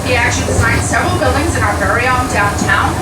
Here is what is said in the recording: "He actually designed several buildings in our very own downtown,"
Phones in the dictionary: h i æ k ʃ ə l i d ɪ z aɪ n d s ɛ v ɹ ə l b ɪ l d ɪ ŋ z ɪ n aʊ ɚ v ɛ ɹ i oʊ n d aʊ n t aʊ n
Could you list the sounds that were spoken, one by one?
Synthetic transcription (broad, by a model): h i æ k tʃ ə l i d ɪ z aɪ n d s ɛ v ɹ l b ɪ l d ɪ ŋ z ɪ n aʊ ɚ v ɛ ɹ i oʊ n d aʊ n t aʊ n